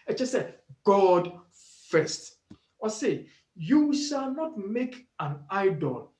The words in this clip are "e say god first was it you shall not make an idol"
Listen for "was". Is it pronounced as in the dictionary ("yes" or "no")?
no